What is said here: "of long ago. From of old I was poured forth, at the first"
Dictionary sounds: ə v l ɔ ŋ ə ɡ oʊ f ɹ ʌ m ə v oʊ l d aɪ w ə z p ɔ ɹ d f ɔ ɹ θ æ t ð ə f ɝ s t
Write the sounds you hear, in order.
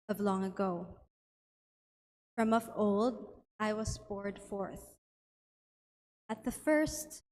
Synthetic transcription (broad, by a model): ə v l ɔ ŋ ə ɡ oʊ f ɹ ʌ m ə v oʊ l d aɪ w ə z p ɔ ɹ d f ɔ ɹ θ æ t ð ə f ɝ s t